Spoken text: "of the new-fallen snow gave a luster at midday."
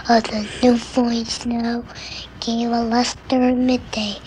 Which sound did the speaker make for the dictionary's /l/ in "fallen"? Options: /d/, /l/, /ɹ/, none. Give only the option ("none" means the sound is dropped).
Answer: none